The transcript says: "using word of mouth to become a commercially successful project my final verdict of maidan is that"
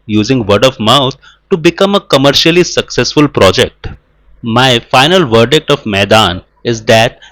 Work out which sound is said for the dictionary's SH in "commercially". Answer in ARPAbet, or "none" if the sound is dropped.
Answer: SH